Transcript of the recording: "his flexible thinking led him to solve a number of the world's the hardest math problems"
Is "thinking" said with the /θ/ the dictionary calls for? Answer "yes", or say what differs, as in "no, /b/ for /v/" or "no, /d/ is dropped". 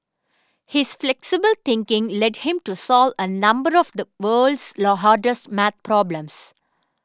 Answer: no, /t/ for /θ/